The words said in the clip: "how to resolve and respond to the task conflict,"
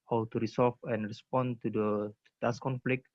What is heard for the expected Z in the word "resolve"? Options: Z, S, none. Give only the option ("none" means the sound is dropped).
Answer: S